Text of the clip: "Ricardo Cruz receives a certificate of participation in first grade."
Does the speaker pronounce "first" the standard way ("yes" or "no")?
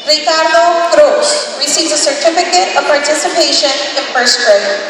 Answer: no